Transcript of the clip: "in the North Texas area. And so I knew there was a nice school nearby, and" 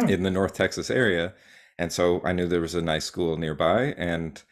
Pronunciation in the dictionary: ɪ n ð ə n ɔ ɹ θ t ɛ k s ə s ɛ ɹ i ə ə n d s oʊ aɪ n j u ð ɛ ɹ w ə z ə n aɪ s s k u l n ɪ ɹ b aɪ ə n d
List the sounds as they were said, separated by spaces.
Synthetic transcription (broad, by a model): ɪ n ð ə n ɔ ɹ θ t ɛ k s ə s ɛ ɹ i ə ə n s oʊ aɪ n j u ð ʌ ɹ w ə z ə n aɪ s s k u l n ɪ ɹ b aɪ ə n